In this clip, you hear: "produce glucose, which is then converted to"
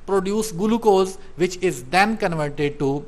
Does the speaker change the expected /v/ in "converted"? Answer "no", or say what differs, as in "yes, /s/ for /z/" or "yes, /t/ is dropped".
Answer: no